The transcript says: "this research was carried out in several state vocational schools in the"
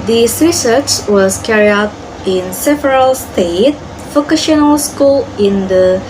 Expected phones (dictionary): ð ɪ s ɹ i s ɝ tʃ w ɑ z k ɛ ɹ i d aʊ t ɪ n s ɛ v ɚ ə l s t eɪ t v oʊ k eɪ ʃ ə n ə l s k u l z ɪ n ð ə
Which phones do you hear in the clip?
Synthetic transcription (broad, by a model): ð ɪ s ɹ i s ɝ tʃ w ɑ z k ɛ ɹ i aʊ t ɪ n s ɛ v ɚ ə l s t eɪ t f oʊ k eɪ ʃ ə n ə l s k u l ɪ n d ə